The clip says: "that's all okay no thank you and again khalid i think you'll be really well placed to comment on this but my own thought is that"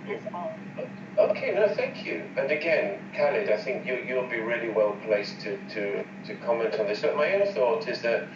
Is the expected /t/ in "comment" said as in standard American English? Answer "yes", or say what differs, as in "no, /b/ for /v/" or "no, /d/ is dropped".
yes